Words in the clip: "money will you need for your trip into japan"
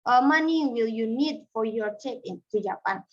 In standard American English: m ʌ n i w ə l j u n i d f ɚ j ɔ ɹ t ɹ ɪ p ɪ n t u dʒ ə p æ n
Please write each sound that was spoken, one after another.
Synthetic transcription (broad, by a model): m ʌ n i w ə l j u n i d f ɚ j ɔ ɹ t ɛ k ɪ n t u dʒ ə p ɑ n